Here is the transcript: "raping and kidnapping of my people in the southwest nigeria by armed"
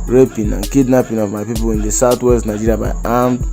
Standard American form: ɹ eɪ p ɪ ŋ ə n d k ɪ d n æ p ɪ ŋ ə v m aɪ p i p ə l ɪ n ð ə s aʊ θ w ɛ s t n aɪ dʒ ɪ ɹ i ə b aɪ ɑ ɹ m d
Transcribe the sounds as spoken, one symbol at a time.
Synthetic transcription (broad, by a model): ɹ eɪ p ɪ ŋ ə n k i d n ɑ p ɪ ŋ ə v m aɪ p i p ə l ɪ n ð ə s aʊ t w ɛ s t n aɪ dʒ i ɹ i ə b aɪ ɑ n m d